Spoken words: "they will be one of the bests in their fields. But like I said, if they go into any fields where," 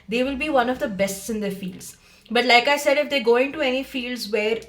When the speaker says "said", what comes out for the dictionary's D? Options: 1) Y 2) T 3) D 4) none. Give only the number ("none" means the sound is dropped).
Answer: 3